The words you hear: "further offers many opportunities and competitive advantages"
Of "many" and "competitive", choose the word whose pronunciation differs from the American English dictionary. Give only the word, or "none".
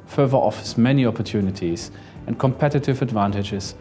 none